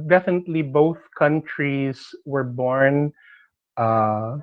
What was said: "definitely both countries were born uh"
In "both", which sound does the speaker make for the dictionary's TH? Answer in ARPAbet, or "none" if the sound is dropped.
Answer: TH